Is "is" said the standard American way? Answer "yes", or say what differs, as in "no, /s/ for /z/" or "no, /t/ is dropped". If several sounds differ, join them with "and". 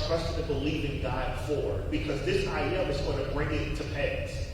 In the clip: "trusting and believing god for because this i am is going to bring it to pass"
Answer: yes